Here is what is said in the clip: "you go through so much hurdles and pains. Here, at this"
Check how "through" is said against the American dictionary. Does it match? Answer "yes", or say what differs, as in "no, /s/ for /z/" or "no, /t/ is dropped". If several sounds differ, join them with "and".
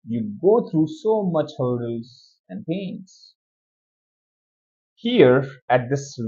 no, /t/ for /θ/